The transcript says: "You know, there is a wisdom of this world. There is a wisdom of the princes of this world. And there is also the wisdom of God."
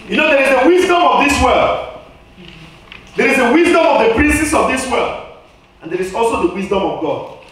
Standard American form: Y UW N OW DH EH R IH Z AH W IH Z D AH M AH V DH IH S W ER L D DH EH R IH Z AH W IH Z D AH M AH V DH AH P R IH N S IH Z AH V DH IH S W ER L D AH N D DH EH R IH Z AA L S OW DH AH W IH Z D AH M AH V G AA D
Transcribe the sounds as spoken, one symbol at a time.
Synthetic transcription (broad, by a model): Y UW N OW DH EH R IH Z AH W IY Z D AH M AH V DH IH S W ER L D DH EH R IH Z AH W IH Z D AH M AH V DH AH P R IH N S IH S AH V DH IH S W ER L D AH N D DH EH R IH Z AA L S OW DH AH W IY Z D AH M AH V G AA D